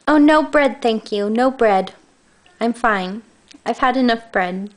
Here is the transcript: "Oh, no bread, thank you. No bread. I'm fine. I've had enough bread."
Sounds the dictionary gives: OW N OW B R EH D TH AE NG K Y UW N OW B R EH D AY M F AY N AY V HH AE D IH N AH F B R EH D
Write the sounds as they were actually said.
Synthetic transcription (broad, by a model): OW N OW B R EH D TH AE NG K Y UW N OW B R EH D AY M F AY N AY V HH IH D IH N AH F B R EH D